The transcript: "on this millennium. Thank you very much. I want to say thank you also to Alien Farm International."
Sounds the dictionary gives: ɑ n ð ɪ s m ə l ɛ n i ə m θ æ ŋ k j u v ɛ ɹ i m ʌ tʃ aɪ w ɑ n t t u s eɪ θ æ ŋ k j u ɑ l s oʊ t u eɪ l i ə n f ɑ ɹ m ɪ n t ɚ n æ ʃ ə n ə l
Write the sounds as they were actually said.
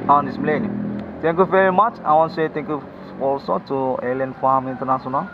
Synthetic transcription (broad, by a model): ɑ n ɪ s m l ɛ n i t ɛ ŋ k j u v ɛ ɹ i m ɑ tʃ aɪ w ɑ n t t u s eɪ t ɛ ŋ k j u ɑ l s oʊ t u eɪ l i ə n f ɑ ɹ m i n t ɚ n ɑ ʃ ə n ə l